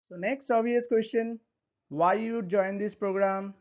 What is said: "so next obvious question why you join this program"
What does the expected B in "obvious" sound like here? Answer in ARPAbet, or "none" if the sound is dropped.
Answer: none